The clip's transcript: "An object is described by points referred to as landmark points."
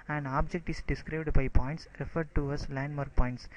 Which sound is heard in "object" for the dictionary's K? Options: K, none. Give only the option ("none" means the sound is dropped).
K